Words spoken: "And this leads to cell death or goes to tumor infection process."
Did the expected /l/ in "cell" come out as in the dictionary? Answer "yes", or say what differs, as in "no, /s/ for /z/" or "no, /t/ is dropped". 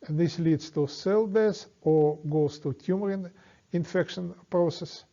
yes